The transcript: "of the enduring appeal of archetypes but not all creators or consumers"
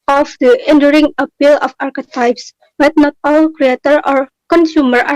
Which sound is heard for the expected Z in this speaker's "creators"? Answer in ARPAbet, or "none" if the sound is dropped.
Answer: none